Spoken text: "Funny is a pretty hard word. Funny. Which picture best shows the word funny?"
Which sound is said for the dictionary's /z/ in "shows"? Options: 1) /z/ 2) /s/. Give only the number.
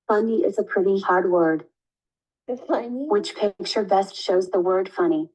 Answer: 1